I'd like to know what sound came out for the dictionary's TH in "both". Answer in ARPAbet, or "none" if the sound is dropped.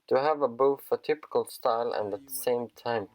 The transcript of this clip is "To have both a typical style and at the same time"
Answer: F